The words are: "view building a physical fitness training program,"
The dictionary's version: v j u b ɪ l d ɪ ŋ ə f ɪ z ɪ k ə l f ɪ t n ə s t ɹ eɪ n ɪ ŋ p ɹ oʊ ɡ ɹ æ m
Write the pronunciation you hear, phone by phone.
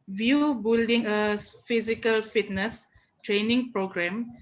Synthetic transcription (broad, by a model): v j u b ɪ l d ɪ ŋ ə f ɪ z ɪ k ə l f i t n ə s t ɹ eɪ n ɪ ŋ p ɹ oʊ ɡ ɹ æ m